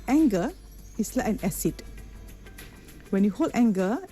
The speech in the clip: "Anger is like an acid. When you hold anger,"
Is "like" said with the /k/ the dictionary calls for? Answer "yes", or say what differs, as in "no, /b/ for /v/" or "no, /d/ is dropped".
no, /k/ is dropped